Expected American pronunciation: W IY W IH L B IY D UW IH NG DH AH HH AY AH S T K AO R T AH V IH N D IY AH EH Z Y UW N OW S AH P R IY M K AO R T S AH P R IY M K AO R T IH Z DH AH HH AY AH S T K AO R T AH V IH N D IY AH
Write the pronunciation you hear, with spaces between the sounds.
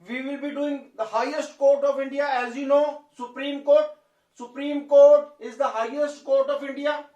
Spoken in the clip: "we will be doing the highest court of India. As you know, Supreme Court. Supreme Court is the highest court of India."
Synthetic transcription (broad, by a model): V IY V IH L B IY D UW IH NG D AH HH AY AH S T K AO R T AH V IH N D IY AH EH Z Y UW N OW S AH P R IY M K AO R T S AH P R IY M K AO R T IH Z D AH HH AY AH S T K AO R T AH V IH N D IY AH